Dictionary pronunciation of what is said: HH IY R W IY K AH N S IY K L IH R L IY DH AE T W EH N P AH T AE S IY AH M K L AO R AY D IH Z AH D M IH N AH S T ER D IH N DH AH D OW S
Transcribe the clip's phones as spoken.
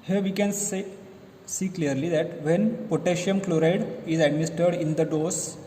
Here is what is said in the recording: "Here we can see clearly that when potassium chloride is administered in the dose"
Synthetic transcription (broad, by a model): HH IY R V IY K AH N S IY K L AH R L IY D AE T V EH N P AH T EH SH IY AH M K L AO R AY D IH Z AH D M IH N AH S T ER D IH N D AH D OW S